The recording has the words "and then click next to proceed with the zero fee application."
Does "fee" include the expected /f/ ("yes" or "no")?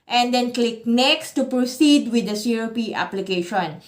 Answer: no